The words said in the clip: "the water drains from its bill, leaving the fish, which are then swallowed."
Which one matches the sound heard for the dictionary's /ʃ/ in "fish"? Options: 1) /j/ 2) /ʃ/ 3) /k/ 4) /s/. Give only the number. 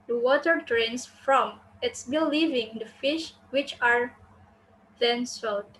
2